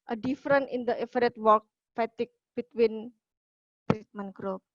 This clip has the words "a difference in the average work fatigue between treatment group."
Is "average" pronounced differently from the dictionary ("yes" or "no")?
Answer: yes